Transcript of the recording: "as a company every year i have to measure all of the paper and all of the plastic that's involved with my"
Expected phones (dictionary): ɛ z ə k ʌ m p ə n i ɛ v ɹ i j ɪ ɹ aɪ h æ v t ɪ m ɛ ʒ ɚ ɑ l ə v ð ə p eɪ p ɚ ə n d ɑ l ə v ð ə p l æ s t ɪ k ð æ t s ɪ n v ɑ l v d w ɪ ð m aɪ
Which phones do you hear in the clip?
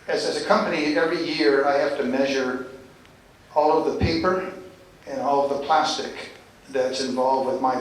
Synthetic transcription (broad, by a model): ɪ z ə k ʌ m p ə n i ɛ v ɹ i j ɪ ɹ aɪ h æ f t ɪ m ɛ ʒ ɚ ɑ l ə v ð ə p eɪ p ɚ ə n ɑ l ə v ð ə p l æ s t ɪ k ð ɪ t s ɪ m v ɑ l v d w ɪ ð m aɪ